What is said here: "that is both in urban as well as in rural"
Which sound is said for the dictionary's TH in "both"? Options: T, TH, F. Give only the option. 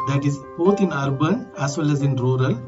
T